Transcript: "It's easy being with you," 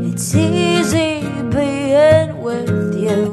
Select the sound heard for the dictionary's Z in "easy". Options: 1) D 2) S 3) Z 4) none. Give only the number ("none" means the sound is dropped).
3